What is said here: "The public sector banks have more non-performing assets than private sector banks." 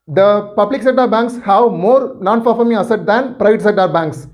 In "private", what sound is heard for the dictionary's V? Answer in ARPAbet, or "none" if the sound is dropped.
V